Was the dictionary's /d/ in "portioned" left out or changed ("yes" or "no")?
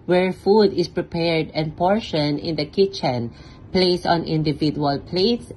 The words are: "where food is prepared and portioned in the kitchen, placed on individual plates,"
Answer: yes